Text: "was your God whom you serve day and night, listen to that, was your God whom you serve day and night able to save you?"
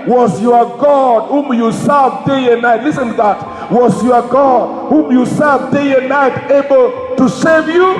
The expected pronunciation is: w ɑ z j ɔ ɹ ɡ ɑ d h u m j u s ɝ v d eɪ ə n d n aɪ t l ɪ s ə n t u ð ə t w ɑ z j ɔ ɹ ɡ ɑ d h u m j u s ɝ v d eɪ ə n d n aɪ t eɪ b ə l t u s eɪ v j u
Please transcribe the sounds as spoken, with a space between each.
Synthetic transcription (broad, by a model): w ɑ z j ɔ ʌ ɡ ɑ d h u m j u s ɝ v d eɪ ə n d n aɪ t l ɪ s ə n t u ð ə t w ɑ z j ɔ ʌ ɡ ɑ d h u m j u s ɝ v d eɪ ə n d n aɪ t eɪ b ə l t u s eɪ v j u